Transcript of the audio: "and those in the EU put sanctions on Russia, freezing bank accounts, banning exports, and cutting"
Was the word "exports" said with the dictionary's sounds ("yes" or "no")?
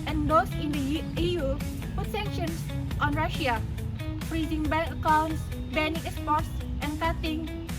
no